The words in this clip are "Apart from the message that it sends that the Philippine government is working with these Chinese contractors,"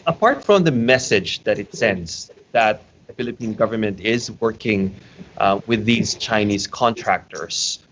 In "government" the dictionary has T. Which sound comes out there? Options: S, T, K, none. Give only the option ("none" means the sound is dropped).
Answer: T